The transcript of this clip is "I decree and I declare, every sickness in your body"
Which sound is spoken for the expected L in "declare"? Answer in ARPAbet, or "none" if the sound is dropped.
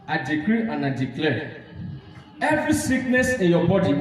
L